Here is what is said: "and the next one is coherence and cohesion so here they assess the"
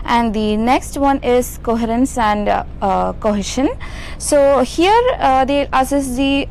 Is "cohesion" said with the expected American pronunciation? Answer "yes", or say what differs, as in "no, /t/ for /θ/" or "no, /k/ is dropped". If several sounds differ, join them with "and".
no, /ʃ/ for /ʒ/